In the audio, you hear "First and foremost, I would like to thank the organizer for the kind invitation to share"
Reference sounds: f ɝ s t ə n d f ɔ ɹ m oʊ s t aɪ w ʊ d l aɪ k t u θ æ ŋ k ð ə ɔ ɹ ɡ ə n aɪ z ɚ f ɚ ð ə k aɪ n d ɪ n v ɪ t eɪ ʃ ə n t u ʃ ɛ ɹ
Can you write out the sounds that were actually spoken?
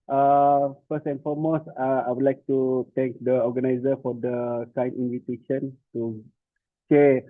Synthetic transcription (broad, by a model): f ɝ s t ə n f ɔ m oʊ s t aɪ w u d l aɪ k t u t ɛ ŋ k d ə ɔ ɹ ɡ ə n aɪ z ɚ f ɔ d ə k aɪ n i n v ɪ t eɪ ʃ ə n t u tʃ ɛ